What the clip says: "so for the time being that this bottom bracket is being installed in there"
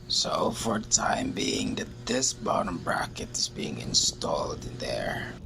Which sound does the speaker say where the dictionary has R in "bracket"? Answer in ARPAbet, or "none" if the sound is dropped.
R